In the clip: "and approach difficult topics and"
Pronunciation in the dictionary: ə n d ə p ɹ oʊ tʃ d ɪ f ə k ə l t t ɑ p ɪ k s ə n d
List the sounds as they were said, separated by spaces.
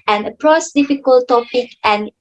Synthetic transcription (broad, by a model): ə n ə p ɹ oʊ s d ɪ f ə k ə l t t ɑ p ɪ k ə n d